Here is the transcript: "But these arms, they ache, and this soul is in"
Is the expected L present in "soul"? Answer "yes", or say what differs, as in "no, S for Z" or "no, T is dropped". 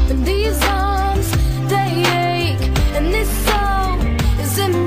no, N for L